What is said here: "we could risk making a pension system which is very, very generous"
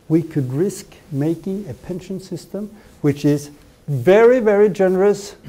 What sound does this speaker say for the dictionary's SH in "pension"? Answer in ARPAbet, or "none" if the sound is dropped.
SH